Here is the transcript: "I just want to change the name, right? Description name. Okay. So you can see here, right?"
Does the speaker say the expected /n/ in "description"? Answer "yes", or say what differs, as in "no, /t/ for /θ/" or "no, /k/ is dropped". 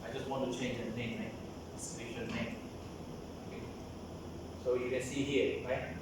no, /l/ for /n/